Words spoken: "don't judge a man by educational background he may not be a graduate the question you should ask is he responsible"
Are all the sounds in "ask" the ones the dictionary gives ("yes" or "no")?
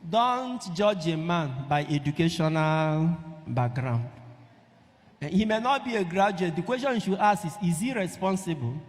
no